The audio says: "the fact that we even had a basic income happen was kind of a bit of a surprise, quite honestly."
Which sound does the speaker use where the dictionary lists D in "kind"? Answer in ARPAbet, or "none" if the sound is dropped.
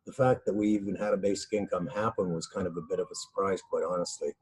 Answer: D